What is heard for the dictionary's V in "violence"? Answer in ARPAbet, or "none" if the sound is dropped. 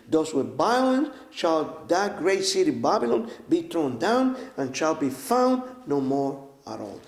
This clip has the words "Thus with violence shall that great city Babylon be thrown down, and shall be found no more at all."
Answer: B